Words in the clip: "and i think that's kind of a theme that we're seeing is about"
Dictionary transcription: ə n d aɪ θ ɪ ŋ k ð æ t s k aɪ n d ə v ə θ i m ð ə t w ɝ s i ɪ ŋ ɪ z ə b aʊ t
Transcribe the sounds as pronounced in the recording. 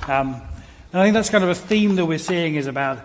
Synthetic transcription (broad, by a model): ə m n aɪ θ ɪ ŋ k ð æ t s k aɪ n d ə v ə θ i m ð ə t w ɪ s i ɪ ŋ ɪ z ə b aʊ t